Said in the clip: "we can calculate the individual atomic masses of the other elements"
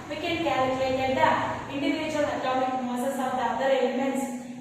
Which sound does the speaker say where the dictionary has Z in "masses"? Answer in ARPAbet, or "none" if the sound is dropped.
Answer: S